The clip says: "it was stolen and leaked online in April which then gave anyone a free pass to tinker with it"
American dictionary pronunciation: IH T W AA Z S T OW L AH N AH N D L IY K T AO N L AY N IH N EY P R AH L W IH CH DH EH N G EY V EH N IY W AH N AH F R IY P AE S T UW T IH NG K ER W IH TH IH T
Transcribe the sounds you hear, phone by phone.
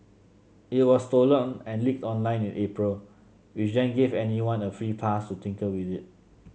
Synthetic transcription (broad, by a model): IH T W AA S T OW L AH N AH N L IY K T AO N L AY N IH N EY P R AH L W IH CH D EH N G EY V EH N IY W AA N AH F R IY P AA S T UW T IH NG K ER W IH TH IH T